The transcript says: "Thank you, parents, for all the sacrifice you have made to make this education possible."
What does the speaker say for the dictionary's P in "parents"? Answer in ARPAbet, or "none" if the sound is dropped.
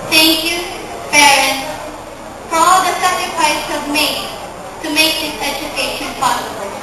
B